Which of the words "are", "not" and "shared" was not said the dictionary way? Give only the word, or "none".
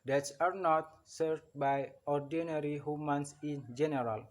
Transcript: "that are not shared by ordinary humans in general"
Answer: shared